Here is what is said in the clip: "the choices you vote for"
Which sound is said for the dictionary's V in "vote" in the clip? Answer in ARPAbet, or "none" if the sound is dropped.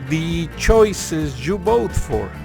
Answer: B